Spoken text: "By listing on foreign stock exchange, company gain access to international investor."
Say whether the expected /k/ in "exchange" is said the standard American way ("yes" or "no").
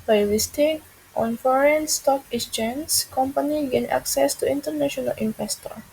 no